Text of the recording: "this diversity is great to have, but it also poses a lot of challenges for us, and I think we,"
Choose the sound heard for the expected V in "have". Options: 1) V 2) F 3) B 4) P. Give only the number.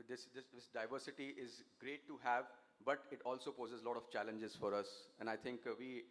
1